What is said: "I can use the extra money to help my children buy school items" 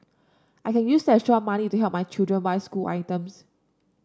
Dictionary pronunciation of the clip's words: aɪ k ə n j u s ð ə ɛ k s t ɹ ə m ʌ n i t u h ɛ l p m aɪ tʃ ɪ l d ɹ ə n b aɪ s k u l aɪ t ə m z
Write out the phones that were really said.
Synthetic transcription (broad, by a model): aɪ k ə n j u s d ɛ s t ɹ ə m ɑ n i t u h ɛ l p m aɪ tʃ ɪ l d ɹ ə n b aɪ s k u l aɪ t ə m s